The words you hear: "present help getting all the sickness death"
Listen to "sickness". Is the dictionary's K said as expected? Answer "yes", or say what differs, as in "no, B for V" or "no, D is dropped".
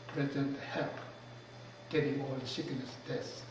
no, K is dropped